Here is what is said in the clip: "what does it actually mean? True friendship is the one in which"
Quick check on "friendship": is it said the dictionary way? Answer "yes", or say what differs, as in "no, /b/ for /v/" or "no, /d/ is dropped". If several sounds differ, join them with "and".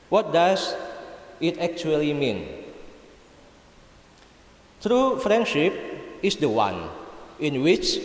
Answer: yes